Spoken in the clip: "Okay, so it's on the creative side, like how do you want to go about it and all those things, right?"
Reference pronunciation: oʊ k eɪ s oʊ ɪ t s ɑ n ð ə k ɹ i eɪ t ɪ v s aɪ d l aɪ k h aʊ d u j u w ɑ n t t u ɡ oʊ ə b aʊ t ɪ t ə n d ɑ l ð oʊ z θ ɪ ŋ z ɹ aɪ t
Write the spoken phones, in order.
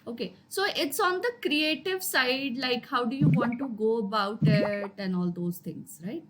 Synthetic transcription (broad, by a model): oʊ k eɪ s oʊ ɪ t s ɑ n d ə k ɹ i eɪ t ɪ v s aɪ d l aɪ k h aʊ d u j u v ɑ n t t u ɡ oʊ ə b aʊ t ɪ t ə n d ɑ l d oʊ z t ɪ ŋ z ɹ aɪ t